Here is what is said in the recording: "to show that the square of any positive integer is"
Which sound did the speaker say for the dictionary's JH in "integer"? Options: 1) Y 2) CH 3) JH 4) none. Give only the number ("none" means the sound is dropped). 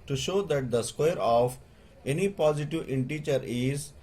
2